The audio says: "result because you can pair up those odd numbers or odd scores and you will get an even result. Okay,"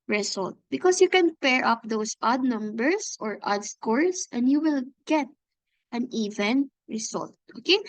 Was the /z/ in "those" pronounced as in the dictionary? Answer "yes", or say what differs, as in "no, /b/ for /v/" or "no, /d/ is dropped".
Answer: no, /s/ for /z/